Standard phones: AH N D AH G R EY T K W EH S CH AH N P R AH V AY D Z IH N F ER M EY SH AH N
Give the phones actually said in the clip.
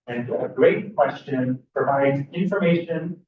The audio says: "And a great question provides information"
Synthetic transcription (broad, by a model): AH N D AH G R EY T K W EH S CH AH N P R AH V AY D Z IH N F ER M EY SH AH N